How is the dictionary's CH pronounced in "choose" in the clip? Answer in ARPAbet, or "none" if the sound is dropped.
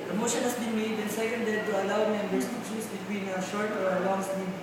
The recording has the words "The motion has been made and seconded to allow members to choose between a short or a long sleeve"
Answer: SH